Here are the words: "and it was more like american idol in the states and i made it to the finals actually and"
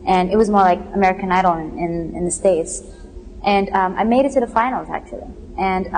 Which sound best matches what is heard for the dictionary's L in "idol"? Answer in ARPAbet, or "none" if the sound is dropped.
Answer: N